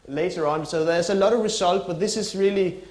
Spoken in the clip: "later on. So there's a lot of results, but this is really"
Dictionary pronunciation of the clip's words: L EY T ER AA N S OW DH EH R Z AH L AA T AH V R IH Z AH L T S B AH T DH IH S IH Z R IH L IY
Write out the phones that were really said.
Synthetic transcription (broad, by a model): L EY T ER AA N S OW DH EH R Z AH L AA T AH V R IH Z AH L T B AH T DH IH S IH Z R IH L IY